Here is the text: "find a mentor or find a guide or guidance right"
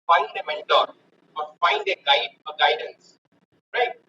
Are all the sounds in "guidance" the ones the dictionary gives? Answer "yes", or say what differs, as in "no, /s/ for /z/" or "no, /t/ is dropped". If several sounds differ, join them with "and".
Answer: yes